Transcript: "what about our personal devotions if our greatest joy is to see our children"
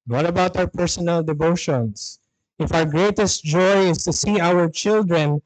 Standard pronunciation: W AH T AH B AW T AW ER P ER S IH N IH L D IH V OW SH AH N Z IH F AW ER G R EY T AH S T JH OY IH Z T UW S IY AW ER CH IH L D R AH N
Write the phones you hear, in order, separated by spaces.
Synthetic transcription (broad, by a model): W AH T AH B AW T AW ER P ER S IH N IH L D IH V OW SH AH N S IH F AW ER G R EY T AH S T JH OY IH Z T UW S IY AW ER CH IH L D R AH N